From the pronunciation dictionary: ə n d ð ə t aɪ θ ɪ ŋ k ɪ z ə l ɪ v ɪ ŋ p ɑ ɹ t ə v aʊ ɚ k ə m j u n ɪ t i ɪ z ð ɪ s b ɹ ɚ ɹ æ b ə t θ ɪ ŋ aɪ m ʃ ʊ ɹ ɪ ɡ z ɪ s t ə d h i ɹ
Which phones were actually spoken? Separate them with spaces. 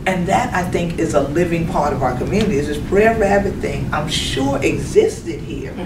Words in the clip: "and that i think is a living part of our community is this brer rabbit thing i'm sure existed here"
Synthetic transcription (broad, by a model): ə n ð ə t aɪ θ ɪ ŋ k ɪ z ə l ɪ v ɪ ŋ p ɑ ɹ t ə v aʊ ɚ k ə m j u n ɪ t i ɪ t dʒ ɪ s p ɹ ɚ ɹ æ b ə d θ ɪ ŋ aɪ m ʃ ʊ ɹ ɪ ɡ z ɪ s t ə d h i ɹ